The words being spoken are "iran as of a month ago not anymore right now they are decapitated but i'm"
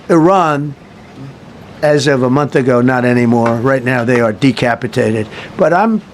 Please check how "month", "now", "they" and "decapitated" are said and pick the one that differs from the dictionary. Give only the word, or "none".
none